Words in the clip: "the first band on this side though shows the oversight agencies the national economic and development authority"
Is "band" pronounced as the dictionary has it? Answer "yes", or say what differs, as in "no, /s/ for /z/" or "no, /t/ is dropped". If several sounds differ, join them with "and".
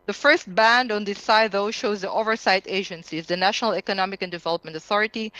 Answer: yes